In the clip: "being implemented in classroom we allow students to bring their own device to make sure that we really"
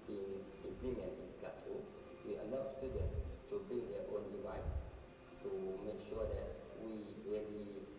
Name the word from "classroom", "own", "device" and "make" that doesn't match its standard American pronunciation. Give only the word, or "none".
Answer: classroom